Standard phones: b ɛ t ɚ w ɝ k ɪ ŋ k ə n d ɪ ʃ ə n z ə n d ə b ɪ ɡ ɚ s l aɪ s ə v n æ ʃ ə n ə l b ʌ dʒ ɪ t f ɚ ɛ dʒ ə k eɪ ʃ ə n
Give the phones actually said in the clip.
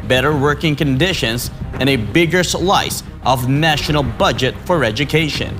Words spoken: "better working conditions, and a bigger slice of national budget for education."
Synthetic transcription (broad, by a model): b ɛ t ɚ w ɝ k ɪ ŋ k ə n d ɪ ʃ ə n z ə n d ə b ɪ ɡ ɚ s l aɪ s ə v n æ ʃ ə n l b ʌ dʒ ɪ t f ɚ ɛ dʒ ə k eɪ ʃ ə n